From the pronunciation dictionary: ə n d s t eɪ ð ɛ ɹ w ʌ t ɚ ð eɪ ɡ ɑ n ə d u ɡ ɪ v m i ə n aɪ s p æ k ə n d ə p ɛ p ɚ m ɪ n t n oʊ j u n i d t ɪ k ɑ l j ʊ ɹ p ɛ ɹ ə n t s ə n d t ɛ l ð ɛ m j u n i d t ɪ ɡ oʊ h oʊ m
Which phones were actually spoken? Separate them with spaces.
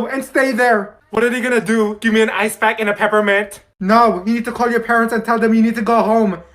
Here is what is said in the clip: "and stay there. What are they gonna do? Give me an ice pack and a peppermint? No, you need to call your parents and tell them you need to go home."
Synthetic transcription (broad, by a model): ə n s t eɪ ð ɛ ɹ w ʌ t ɚ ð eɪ ɡ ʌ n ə d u ɡ ɪ v m i ə n aɪ s b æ k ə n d ə p ɛ p ɚ m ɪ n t n oʊ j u n i d t ɪ k ɑ l j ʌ ɹ p ɛ ɹ ə n t s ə n t ɛ l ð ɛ m j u n i d t ɪ ɡ oʊ h oʊ m